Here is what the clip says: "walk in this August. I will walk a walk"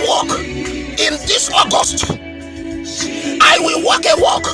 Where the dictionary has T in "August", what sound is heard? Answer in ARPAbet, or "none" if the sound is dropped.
T